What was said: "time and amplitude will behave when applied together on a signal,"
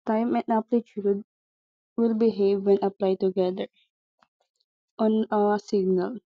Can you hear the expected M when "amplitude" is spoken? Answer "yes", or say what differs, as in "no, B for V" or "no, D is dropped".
no, M is dropped